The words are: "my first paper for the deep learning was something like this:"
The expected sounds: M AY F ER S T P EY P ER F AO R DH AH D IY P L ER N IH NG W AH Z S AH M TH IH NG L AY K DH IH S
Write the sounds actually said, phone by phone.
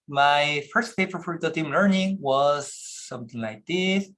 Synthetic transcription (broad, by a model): M AY F ER S T F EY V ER F AO R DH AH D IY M L ER N IH NG W AH Z S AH M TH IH NG L AY K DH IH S